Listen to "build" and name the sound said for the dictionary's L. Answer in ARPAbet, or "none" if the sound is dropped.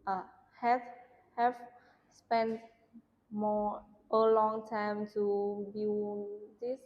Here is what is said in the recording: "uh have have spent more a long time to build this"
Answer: N